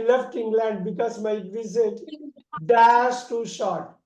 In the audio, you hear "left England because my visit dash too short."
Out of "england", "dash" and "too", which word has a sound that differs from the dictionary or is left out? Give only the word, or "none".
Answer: dash